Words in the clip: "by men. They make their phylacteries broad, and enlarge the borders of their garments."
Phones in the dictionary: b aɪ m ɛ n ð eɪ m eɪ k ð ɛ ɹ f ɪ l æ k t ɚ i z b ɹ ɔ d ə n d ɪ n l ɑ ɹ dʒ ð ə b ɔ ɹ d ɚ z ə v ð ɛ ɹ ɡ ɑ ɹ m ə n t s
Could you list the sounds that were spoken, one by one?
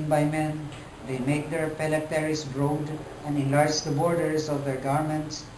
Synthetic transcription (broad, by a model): b aɪ m ɛ n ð eɪ m eɪ k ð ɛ ɹ p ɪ l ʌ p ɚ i s b ɹ ɔ d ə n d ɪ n l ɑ ɹ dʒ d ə b ɔ ɹ d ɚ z ə v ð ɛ ɹ ɡ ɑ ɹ m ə n t s